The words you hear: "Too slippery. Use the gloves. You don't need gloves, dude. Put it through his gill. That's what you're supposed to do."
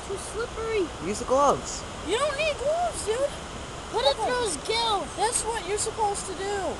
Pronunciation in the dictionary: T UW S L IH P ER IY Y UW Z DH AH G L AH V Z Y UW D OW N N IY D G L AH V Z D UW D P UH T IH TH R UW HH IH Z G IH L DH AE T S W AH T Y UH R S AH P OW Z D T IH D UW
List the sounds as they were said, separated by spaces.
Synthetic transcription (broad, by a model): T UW S L IH P ER IY Y UW Z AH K L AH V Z Y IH D OW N N IY D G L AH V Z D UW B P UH T IH T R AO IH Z G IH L DH AE T S W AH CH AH R S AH P OW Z T IH D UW